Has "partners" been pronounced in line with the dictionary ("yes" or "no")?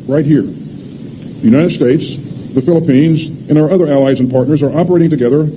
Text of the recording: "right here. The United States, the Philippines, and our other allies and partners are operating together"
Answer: yes